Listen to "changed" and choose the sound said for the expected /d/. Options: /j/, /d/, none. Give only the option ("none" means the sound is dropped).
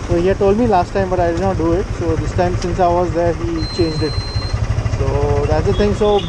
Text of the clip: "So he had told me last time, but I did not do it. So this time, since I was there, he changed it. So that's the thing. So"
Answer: /d/